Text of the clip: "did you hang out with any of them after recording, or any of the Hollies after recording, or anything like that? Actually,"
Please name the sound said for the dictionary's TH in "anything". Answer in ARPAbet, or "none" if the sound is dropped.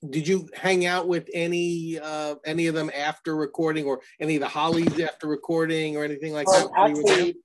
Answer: TH